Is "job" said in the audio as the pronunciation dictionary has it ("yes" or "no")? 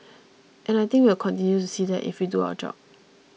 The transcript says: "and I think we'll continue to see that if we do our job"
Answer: no